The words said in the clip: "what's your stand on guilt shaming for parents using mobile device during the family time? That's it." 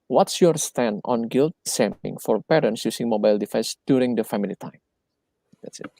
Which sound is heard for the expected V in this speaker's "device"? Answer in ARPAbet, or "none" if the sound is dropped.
F